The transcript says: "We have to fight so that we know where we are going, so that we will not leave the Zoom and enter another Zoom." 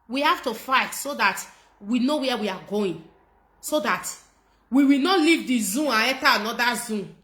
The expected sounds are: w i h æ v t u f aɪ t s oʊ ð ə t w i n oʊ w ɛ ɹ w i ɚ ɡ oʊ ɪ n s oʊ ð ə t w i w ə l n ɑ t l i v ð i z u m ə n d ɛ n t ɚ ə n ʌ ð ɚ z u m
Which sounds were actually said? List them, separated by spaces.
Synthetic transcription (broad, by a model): w i h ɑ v t u f aɪ t s oʊ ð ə t w i n oʊ w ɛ w i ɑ ɡ oʊ ɪ n s oʊ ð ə t w i w ə l n ɑ t l i v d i z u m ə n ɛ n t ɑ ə n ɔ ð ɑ z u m